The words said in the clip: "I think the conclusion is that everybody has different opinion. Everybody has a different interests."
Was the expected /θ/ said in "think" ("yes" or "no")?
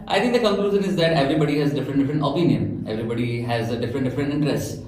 no